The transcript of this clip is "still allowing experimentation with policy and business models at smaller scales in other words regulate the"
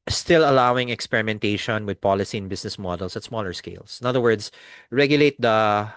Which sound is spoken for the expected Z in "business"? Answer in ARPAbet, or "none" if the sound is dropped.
S